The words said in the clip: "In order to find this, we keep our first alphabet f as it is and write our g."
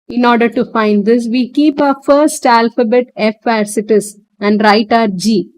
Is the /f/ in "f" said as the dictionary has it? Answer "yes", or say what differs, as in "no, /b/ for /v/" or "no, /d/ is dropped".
yes